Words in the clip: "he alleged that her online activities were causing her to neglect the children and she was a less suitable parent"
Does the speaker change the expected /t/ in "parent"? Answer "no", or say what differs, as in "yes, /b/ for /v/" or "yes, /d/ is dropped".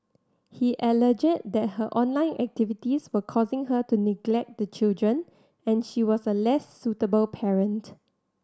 no